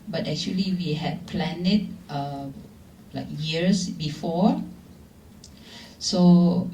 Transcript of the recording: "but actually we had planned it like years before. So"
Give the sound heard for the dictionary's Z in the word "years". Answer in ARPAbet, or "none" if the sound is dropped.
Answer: S